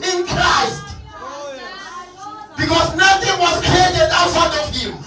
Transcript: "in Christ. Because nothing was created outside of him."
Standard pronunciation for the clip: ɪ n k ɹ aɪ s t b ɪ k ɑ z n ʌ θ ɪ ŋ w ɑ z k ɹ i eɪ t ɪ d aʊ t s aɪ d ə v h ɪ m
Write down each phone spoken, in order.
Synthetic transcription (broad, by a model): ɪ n k ɹ aɪ s t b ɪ k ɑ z n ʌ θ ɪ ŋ w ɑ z k ɹ i eɪ t ɪ d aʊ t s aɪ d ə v h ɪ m